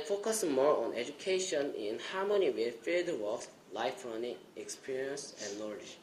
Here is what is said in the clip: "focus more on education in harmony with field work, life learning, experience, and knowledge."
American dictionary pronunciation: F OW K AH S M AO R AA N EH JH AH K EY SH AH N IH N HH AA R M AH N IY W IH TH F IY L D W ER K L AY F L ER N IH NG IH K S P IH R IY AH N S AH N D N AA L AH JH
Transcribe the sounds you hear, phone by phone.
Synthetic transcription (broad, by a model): F OW K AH S M AO R AA N EH JH AH K EY SH AH N IH N HH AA M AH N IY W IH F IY D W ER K L AY F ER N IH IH K S P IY R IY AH N S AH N N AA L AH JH